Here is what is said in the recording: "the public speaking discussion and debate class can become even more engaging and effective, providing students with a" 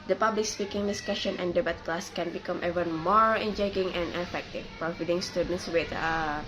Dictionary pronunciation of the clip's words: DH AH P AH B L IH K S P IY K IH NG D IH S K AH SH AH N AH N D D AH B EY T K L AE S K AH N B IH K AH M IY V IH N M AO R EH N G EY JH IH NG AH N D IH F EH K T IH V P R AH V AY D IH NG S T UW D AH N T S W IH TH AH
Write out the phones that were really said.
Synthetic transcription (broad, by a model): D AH P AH B L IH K S P IY K IH NG D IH S K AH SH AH N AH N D D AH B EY T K L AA S K AH N B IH K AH M IY V IH N M AO R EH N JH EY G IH NG AH N D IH F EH K T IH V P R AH F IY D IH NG S T UW D AH N T S W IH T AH